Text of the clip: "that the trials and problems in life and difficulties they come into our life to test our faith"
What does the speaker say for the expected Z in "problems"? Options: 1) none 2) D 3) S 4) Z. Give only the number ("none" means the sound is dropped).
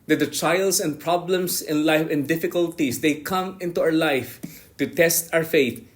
3